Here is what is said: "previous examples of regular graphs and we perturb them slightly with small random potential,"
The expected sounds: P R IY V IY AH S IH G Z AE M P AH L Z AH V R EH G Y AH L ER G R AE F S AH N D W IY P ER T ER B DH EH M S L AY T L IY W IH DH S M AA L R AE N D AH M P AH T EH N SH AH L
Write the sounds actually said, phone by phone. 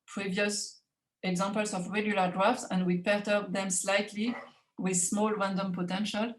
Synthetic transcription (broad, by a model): P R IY V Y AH S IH G Z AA M P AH L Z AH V R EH G Y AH L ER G R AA F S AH N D W IY P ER T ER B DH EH M S L AY T L IY W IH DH S M AA L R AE N D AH M P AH T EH N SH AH L